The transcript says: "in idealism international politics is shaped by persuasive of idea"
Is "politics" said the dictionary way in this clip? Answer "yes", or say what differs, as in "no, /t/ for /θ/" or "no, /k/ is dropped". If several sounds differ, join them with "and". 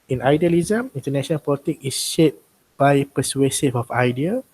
no, /s/ is dropped